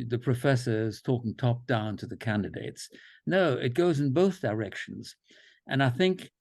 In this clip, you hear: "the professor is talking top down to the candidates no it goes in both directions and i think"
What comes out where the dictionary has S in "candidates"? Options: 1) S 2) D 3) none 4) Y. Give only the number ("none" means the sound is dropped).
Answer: 1